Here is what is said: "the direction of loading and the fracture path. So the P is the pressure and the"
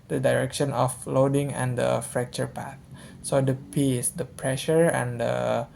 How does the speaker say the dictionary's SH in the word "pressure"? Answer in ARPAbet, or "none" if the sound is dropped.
SH